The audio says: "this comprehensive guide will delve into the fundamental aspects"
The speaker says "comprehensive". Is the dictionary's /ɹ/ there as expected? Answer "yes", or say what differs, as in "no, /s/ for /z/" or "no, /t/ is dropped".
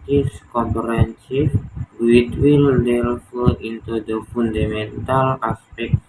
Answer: no, /ɹ/ is dropped